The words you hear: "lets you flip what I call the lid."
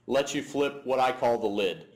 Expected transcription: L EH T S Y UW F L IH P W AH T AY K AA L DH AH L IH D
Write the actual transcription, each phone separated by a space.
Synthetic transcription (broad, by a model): L EH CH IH F L IH P W AH T AY K AA L DH AH L IH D